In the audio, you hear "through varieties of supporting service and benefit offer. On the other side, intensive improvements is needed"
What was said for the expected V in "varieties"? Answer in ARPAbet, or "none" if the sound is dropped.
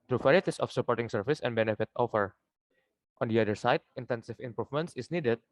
P